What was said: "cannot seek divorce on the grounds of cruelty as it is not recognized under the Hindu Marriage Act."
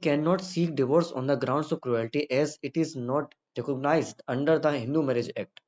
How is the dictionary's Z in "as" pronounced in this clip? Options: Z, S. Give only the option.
Z